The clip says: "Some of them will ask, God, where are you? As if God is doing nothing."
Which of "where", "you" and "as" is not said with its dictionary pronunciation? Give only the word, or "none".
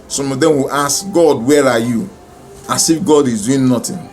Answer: as